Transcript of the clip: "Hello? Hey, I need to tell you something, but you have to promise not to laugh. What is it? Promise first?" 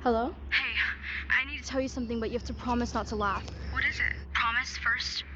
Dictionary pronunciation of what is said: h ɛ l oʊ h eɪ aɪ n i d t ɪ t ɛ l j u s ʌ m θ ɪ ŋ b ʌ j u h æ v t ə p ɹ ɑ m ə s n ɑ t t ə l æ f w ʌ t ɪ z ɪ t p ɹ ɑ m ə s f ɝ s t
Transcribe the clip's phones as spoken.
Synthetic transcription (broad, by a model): h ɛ l oʊ h eɪ aɪ n i d t ɪ t ɛ l j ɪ s ʌ m θ ɪ ŋ b ʌ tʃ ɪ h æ f t ə p ɹ ɑ m ə s n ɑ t t ə l æ f w ʌ t ɪ z ɪ t p ɹ ɑ m ə s f ɝ s t